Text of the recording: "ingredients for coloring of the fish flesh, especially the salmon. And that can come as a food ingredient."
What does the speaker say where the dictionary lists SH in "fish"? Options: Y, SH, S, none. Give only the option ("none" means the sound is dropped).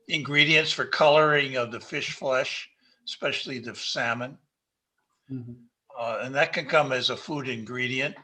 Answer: SH